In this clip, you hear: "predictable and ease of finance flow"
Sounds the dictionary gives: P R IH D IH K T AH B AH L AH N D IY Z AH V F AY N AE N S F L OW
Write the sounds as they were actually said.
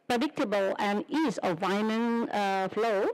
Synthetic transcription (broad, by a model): P R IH D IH K T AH B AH L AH N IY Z AH V AY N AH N F L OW